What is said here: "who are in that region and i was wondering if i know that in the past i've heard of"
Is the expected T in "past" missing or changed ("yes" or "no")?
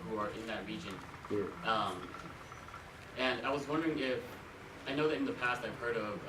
no